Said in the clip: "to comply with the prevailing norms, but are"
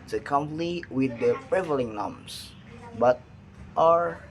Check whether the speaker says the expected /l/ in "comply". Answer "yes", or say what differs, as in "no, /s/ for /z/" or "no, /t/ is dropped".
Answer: no, /n/ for /l/